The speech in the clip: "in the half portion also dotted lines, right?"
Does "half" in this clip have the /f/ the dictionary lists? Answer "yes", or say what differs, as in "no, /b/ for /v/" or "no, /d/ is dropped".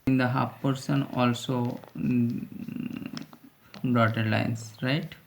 no, /p/ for /f/